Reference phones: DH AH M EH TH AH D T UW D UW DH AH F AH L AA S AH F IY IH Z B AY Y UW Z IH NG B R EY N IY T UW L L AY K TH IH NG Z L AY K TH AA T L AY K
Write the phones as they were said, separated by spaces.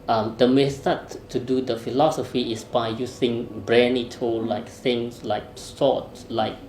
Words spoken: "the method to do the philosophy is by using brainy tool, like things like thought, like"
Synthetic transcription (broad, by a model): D AH M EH T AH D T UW D UW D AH F AH L AA S AH F IY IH S B AY Y UW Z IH NG B R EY N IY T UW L L AY K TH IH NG S L AY K S AA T L AY K